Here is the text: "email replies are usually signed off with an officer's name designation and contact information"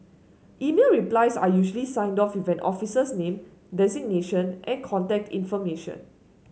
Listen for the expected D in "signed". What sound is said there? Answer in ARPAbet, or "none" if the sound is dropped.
D